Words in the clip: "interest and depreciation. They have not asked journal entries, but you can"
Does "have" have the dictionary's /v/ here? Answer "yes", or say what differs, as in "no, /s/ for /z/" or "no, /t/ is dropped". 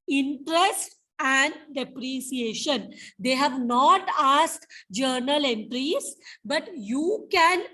yes